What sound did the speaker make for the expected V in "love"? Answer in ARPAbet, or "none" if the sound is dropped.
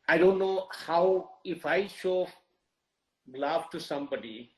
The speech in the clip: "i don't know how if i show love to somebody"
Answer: F